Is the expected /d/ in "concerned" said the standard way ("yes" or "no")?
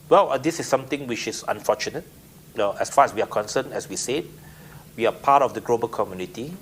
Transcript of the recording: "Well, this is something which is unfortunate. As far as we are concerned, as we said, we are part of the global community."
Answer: no